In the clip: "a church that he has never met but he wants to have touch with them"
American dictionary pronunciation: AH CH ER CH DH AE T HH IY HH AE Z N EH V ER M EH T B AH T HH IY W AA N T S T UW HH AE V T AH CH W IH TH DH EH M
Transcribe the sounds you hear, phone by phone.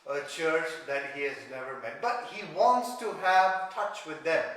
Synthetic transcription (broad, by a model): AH CH ER CH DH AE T HH IY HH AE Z N EH V ER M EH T B AH T HH IY W AA N T S T UW HH AE V T AH CH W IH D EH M